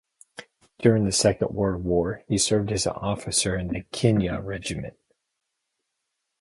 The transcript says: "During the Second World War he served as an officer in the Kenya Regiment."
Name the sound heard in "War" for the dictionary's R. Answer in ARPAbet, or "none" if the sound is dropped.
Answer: R